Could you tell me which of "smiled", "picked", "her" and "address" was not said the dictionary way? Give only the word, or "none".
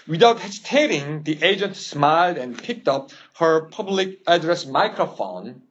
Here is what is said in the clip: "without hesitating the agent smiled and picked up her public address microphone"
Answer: none